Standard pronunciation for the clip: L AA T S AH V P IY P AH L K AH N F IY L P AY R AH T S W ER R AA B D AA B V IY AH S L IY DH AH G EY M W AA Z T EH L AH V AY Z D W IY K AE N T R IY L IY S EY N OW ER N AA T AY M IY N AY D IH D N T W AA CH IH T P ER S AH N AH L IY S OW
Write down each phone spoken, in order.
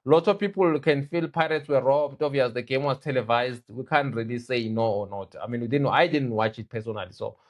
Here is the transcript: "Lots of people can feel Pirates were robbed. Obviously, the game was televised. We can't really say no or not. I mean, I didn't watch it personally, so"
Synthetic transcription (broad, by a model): L AA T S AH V P IY P AH L K AH N F IY L P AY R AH T S W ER R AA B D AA V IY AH S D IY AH G EY M W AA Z T EH L AH V AY Z D W IY K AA N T R IY L IY S EY N OW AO N AA T AY M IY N AY D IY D N T W AA CH IH T P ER S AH N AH L IY S OW